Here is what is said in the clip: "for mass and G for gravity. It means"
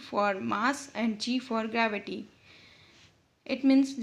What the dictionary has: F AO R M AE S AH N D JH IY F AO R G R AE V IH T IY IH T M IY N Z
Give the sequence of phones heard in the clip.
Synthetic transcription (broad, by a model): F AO R M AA S AH N D CH IY F AO R G R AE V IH T IY IH T M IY N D